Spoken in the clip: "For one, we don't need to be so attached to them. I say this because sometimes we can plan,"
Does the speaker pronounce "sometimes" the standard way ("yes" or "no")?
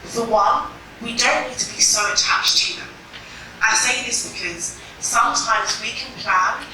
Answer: yes